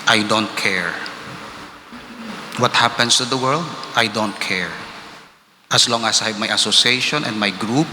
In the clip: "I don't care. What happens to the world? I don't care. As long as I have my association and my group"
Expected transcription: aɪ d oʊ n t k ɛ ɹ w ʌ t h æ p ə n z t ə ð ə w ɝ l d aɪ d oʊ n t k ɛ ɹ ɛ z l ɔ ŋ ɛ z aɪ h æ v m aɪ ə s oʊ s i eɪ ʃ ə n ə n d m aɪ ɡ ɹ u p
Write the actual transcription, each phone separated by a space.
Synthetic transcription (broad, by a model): aɪ d oʊ n t k ɛ ɹ w ʌ t h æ p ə n s t ə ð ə w ɝ l d aɪ d oʊ n t k ɛ ɹ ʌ s l ɔ ŋ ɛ s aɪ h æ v m aɪ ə s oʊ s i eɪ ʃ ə n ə n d m aɪ ɡ ɹ u p